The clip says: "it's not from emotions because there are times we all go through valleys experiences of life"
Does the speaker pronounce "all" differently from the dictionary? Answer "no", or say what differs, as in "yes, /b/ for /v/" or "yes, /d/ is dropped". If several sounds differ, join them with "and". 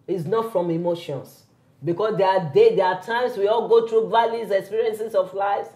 no